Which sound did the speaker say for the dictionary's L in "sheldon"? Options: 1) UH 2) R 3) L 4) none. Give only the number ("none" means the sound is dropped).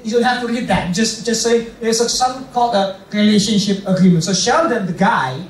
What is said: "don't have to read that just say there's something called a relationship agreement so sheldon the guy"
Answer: 4